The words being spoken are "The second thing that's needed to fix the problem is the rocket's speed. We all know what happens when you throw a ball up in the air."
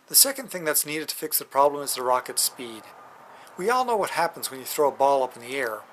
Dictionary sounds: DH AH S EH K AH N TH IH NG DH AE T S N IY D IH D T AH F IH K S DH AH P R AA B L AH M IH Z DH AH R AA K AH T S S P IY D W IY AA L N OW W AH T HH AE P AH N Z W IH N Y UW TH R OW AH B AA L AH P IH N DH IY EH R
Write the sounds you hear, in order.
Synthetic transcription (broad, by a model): DH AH S EH K AH N TH IH NG DH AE T S N IY D IH D T AH F IH K S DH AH P R AA B L AH M IH Z DH AH R AA K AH T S S P IY D W IY AA L N OW W AH T HH AE P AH N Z W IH N Y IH TH R OW AH B AA L AH P N DH IY EH R